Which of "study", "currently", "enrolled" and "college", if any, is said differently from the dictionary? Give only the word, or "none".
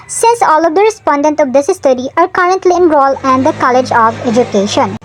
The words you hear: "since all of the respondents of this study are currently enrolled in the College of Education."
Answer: enrolled